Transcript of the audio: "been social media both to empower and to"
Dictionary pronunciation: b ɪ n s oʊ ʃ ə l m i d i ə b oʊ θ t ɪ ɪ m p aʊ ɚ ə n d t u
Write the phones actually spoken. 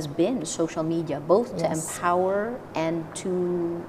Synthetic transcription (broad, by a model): b ɪ n s oʊ ʃ l m i d i ə b oʊ θ t ɪ ɪ m p aʊ ɚ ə n t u